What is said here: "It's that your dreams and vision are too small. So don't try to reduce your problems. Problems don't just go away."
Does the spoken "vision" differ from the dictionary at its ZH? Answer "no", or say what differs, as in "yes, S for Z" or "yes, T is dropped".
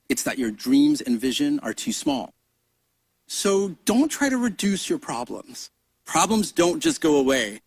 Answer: no